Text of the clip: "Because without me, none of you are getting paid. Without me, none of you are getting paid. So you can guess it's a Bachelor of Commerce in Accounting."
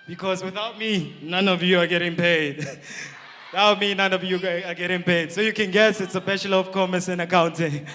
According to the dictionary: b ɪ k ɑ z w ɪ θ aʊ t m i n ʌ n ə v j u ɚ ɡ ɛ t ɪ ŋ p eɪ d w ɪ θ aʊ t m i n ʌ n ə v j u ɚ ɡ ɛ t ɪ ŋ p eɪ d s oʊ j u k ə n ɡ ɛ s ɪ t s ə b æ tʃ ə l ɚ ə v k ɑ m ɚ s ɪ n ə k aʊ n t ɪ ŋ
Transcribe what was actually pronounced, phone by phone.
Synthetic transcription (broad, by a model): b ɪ k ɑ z w ɪ θ aʊ t m i n ʌ n ə v j u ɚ ɡ ɛ t ɪ ŋ p eɪ d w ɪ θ aʊ t m i n ʌ n ə v j u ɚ ɡ ɛ t ɪ ŋ p eɪ d s oʊ j u k ə n ɡ ɛ s ɪ t s ə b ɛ ʃ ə l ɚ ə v k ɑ m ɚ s ɪ n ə k aʊ n t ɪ ŋ